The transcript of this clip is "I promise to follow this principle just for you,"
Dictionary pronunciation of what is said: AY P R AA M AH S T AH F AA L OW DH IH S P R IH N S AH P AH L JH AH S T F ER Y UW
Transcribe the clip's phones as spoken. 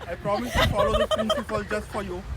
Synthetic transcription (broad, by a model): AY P R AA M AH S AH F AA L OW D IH P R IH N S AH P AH L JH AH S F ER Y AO